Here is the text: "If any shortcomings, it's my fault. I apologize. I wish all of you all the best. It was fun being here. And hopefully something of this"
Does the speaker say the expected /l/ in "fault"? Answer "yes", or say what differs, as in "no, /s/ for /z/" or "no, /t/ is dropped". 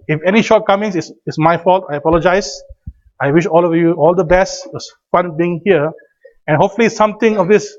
yes